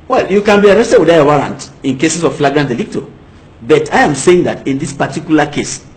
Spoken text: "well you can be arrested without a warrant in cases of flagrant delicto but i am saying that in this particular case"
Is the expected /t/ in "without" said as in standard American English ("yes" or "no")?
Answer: no